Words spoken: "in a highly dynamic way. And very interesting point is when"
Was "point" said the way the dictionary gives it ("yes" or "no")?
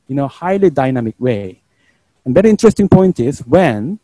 yes